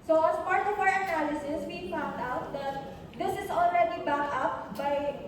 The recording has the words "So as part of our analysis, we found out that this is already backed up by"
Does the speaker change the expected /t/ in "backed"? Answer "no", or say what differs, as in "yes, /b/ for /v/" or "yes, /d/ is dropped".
yes, /t/ is dropped